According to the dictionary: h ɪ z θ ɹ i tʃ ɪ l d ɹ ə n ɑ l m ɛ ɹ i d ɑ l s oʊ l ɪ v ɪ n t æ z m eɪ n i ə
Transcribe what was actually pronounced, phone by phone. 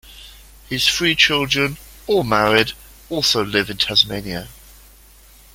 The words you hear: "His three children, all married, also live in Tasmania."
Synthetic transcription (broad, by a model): h ɪ z f ɹ i tʃ ɪ l d ɹ ə n ɑ l m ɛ ɹ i d ɑ l s oʊ l ɪ v ɪ n t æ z m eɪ n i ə